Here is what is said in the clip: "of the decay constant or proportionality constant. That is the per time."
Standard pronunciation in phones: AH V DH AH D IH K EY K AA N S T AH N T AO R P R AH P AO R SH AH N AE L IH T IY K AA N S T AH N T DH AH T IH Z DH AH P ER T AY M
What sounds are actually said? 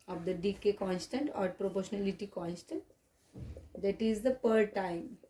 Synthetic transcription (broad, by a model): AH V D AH D IH K EY K AA N S T AH N T AO R P R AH P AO R SH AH N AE L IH T IY K AA N S T AH N T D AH T IH Z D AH P ER T AY M